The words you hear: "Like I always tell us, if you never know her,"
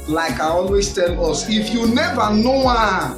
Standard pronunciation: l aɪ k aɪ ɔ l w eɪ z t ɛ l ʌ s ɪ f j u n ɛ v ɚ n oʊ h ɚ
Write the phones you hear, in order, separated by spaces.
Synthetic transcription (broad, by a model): l aɪ k aɪ ɔ l w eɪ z t ɛ l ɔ s ɪ f j u n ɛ v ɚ n oʊ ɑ